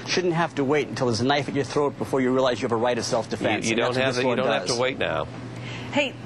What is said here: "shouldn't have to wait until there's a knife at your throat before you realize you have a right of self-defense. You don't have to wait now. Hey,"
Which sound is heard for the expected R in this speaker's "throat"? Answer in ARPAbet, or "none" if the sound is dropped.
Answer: R